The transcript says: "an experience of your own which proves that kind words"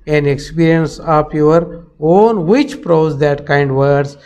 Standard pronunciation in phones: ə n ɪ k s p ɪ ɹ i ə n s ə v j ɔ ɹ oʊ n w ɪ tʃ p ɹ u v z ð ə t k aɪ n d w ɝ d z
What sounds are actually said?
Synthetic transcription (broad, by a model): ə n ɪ k s p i ɹ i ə n s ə p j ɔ ɹ oʊ n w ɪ tʃ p ɹ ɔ z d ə t k aɪ n d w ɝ d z